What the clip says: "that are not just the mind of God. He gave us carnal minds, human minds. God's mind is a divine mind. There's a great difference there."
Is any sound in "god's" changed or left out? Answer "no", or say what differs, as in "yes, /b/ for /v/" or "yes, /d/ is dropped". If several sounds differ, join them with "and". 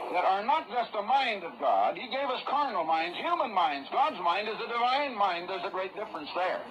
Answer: no